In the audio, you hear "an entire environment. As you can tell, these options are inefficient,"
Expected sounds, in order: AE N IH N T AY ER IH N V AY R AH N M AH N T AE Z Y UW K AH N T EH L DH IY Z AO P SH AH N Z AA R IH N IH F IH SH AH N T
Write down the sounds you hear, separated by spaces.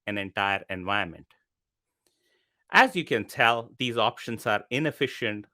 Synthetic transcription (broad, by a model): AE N IH N T AY ER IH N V AY AH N M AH N T AE Z Y UW K AH N T EH L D IY Z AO P SH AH N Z AA R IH N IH F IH SH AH N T